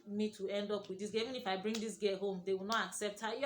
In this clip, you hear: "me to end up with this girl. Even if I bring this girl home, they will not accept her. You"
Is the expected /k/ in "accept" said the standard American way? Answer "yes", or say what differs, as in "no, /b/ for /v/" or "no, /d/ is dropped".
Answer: yes